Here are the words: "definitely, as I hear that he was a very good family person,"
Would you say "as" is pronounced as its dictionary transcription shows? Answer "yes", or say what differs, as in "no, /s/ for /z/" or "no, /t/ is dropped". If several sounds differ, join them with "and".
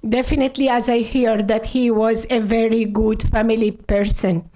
yes